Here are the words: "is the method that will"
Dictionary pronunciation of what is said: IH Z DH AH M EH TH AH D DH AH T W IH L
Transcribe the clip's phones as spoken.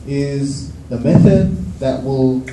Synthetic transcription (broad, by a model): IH Z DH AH M EH TH AH D DH AH T W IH L